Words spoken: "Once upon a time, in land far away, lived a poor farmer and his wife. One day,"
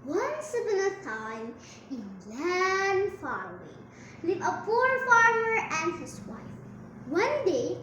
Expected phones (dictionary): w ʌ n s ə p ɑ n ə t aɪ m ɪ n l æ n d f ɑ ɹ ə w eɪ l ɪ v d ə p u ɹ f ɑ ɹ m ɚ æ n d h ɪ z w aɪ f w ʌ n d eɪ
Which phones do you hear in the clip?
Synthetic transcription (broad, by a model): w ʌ n s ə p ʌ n ə t aɪ m ɪ n l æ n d f ɑ ɹ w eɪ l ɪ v ə p u ɹ f ɑ ɹ m ɚ æ n d h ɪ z w aɪ f w ʌ n d eɪ